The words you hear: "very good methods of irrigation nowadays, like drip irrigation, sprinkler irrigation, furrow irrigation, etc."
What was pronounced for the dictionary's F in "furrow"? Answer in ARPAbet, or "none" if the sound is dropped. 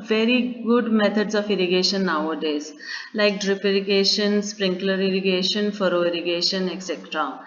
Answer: F